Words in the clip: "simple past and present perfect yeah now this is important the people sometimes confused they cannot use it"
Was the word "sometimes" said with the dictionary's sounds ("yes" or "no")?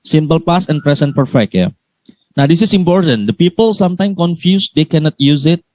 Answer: no